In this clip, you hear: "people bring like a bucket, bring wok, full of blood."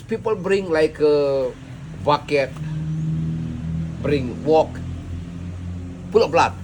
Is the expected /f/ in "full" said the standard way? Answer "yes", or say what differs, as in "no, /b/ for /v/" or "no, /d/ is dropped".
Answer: no, /p/ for /f/